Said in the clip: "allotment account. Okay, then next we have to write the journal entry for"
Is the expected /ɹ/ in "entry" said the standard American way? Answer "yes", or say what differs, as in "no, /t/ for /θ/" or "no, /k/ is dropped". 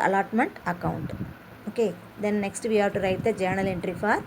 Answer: yes